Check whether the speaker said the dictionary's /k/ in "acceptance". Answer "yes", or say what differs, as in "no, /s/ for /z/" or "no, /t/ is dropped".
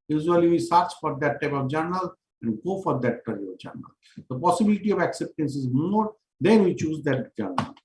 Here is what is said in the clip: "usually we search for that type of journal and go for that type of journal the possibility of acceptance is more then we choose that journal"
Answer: yes